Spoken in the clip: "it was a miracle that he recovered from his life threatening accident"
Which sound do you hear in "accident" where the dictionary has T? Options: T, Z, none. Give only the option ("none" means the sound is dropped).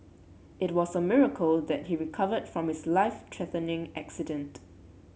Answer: T